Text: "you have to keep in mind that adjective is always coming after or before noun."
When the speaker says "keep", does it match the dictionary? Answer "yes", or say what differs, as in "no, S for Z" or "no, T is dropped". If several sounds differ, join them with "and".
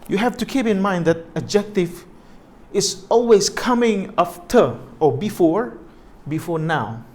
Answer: yes